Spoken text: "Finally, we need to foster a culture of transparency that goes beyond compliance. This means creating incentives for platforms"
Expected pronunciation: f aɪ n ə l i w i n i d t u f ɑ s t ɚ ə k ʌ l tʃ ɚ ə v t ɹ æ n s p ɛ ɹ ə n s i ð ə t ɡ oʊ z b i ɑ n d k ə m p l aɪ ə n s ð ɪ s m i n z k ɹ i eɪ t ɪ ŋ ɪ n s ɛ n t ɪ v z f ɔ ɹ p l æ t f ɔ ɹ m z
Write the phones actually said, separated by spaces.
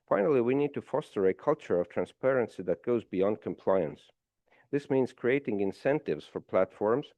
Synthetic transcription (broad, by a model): f aɪ n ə l i w i n i d t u f ɑ s t ɚ ə k ʌ l tʃ ɚ ə v t ɹ æ n s p ɛ ɹ ə n s i ð ə t ɡ oʊ z b i ɑ n d k ə m p l aɪ ə n s ð ɪ s m i n z k ɹ i eɪ t ɪ ŋ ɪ n s ɛ n t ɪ v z f ɔ ɹ p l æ t f ɔ ɹ m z